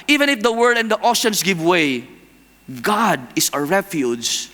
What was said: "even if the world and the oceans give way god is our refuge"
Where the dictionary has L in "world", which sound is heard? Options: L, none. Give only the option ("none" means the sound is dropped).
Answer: none